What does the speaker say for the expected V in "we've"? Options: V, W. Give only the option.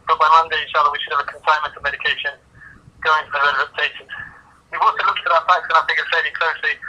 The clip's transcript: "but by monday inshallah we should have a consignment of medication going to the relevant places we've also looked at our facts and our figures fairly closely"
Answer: W